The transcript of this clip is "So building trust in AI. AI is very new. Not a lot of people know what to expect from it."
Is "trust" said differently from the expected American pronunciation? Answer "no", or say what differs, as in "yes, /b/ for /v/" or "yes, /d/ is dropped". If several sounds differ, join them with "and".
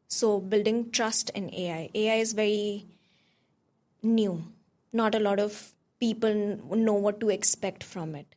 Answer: no